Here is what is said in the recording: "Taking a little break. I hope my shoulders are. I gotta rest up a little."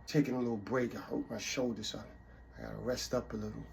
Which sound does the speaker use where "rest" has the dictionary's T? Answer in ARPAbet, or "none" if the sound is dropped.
T